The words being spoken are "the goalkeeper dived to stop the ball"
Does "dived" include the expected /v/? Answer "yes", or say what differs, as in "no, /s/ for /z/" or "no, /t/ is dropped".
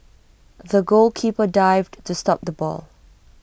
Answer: yes